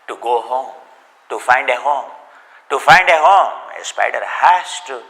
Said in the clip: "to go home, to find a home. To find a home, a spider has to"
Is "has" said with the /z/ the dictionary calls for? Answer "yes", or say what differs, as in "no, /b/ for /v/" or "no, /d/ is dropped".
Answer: no, /s/ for /z/